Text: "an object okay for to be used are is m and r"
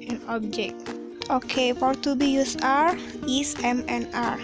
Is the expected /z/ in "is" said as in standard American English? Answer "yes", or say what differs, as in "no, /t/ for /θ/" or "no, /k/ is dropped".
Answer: no, /s/ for /z/